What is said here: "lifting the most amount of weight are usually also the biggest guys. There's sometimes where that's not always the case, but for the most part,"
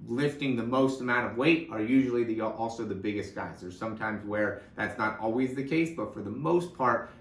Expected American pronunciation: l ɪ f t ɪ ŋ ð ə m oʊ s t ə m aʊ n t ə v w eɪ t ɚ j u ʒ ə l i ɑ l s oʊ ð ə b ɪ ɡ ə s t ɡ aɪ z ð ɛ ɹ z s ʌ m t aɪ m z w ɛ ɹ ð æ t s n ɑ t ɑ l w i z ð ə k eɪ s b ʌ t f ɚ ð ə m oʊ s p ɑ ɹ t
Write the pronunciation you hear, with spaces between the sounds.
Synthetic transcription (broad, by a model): l ɪ f t ɪ ŋ ð ə m oʊ s t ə m aʊ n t ə v w eɪ t ɚ j u ʒ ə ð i ɑ l s oʊ ð ə b ɪ ɡ ə s t ɡ aɪ z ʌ ɹ s ʌ m t aɪ m z w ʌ ɹ ð æ t s n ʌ t ɑ l w i z ð ə k eɪ s b ʌ t f ɚ ð ə m oʊ s p ɑ ɹ t